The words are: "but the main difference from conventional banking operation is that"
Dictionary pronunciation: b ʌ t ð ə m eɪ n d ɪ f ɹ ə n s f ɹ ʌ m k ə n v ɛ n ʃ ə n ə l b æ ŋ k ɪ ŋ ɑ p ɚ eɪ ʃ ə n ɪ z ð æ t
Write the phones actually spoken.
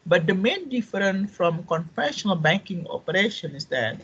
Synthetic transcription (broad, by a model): b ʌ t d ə m eɪ n d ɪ f ɹ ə n f ɹ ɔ m k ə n f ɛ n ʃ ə n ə l b æ ŋ k ɪ ŋ ɑ p ɚ eɪ ʃ ə n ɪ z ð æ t